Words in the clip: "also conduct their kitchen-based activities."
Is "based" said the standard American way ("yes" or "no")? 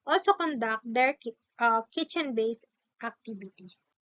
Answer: yes